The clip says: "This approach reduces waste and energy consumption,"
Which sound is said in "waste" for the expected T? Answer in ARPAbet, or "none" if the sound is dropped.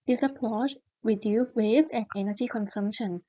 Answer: none